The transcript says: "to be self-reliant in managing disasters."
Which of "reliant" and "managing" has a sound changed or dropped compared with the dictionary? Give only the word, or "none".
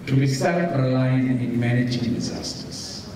reliant